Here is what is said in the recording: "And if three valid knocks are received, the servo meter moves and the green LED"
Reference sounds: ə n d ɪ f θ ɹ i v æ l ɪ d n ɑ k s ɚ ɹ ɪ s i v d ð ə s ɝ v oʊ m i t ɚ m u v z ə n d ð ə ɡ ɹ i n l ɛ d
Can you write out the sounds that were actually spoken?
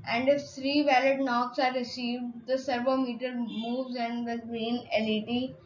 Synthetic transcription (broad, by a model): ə n d ɪ f t ɹ i v æ l ɪ d n ɑ k s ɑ ɹ ɪ s i v d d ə s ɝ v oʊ m i t ɚ m u v z ə n d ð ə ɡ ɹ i n l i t